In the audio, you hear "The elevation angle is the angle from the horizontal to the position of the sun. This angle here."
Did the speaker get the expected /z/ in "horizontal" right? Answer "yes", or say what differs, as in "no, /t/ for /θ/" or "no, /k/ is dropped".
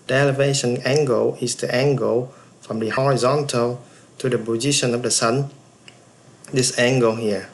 yes